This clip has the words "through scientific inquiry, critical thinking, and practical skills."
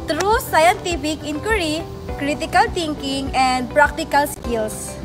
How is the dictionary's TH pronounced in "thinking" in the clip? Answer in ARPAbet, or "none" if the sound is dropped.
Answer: T